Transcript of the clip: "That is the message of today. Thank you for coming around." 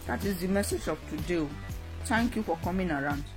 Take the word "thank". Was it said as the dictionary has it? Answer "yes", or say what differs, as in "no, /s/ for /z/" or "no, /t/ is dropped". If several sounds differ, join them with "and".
no, /t/ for /θ/